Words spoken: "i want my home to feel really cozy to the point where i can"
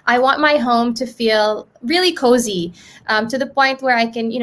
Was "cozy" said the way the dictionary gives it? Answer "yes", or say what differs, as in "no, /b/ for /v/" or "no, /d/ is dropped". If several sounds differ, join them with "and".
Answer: yes